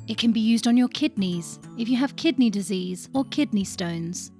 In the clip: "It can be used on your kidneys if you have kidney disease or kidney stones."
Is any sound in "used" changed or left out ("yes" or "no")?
no